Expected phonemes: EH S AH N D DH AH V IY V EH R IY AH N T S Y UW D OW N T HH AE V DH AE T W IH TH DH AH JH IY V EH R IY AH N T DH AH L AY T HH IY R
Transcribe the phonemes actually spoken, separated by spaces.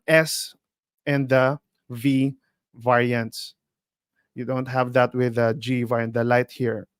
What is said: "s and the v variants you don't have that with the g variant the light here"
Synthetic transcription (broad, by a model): EH S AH N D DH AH V IY V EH R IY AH N T S Y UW D OW N T HH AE V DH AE T W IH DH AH JH IY V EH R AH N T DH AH L AY T HH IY R